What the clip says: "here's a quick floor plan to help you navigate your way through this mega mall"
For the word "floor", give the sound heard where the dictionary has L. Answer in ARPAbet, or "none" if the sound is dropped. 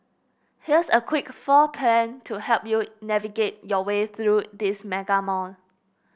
none